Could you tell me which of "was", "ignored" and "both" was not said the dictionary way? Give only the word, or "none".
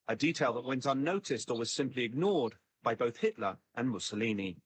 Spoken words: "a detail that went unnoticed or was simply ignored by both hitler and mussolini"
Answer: none